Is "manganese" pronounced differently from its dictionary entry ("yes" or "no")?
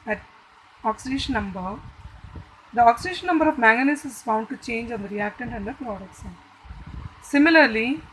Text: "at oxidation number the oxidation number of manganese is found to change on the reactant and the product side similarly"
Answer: yes